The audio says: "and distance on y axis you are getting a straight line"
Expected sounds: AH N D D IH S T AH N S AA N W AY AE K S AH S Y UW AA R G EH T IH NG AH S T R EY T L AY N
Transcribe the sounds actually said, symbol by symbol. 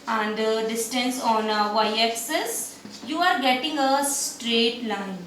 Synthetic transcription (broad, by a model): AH N D D IH S T AH N S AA N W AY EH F S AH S Y UW AA R G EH T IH NG AH S T R EY T L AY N